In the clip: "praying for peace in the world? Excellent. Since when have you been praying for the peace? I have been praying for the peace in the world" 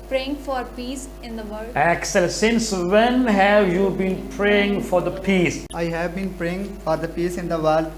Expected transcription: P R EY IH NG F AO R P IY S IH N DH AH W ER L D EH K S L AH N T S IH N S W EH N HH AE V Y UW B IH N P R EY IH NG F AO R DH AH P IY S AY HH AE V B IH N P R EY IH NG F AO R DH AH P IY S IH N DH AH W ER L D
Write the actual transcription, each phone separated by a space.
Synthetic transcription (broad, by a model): P R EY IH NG F AO R P IY S IH N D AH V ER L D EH K S AH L S IH N S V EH N HH AE V Y UW B IH N P R EY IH NG F AO R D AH P IY S AY HH AE V B IH N P R EY IH NG F AO R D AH P IY S IH N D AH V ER L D